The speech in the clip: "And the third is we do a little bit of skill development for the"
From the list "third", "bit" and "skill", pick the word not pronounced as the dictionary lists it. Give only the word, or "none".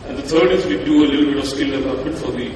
third